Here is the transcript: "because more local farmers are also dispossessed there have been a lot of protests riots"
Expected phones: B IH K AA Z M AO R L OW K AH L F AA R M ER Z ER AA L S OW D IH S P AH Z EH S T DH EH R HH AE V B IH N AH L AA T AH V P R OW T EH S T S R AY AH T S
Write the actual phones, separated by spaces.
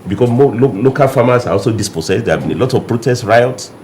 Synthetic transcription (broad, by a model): B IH K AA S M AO L L OW K AH L F AA M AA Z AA AA L S OW D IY S P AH S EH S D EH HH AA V B IH N AH L AA T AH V P R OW T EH S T R AY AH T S